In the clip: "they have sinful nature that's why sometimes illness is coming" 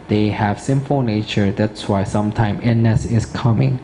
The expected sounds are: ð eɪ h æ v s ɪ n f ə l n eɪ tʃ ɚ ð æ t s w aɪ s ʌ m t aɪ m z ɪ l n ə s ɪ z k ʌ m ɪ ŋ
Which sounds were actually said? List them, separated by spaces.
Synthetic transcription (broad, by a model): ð eɪ h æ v s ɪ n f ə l n eɪ tʃ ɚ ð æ t s w aɪ s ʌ m t aɪ m ɪ n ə s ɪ s k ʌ m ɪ ŋ